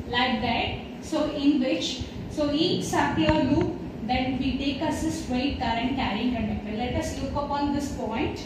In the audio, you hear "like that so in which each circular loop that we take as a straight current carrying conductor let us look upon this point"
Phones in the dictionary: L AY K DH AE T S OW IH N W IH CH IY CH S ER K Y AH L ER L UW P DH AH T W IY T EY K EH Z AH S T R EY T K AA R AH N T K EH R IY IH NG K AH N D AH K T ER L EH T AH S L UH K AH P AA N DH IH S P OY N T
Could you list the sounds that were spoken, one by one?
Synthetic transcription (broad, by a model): L AY K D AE T S OW IH N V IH CH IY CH S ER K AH ER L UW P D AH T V IY T EY K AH S AH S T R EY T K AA R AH N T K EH R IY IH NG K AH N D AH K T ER L EH T AH S L UH K AH P AA N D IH S P OY N T